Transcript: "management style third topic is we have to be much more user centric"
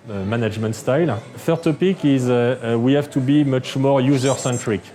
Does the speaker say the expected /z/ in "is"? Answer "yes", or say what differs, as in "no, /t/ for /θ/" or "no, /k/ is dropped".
yes